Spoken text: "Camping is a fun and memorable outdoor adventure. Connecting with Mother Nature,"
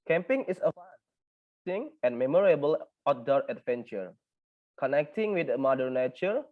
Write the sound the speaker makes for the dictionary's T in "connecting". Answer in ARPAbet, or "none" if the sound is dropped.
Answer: T